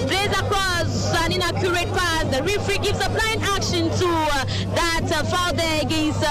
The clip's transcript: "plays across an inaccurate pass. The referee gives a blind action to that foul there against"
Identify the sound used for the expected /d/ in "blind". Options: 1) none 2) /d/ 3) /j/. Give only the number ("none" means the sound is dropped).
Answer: 1